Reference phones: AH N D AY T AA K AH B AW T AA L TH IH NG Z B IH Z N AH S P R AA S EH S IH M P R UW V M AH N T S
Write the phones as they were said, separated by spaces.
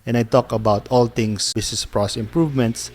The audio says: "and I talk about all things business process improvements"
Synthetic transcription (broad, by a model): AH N AY T AA K AH B AW T AA L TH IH NG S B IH S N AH S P R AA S S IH M P R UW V M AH N T S